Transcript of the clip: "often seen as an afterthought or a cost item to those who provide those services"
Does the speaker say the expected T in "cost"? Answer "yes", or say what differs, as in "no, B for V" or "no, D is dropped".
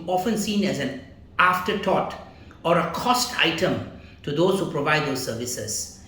yes